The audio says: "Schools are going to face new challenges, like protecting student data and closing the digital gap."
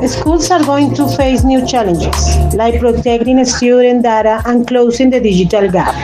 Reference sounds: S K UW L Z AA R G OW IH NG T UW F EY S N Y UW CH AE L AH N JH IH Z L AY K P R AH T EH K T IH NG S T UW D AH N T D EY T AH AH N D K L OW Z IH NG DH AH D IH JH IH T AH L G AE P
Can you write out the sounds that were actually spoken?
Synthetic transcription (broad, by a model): S K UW L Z AA R G OW IH NG T UW F EY S N Y UW CH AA L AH N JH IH S L AY K P R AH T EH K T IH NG S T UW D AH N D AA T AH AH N K L OW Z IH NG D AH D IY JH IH T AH L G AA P